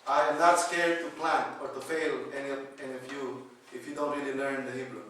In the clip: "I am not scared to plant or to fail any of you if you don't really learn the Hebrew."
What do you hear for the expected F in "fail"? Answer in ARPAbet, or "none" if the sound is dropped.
F